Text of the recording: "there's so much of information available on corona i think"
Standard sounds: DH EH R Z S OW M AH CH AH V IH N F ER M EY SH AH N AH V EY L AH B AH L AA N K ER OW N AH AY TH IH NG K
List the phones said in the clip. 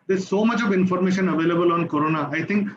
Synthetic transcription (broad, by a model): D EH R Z S OW M AH CH AH V IH N F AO M EY SH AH N AH V EY L AH B AH L AA N K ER OW N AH AY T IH NG K